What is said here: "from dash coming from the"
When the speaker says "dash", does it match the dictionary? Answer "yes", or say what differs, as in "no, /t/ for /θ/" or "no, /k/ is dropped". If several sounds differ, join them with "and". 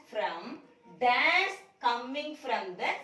no, /s/ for /ʃ/